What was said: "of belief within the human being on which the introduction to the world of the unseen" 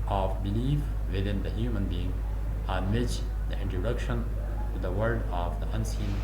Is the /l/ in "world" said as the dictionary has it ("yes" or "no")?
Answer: no